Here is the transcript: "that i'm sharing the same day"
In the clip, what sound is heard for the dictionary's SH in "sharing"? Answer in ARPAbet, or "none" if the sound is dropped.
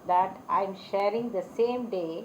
SH